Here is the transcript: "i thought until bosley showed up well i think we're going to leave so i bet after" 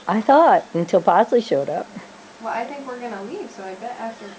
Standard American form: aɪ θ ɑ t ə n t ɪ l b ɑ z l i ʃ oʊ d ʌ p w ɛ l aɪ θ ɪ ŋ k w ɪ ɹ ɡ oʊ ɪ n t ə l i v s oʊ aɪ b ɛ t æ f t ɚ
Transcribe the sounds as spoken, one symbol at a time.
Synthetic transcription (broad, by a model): aɪ θ ɑ t ə n t ɪ l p ɑ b l i ʃ oʊ d ʌ p w ɛ l aɪ θ ɪ ŋ k w ɪ ɹ ɡ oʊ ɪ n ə l i v s oʊ aɪ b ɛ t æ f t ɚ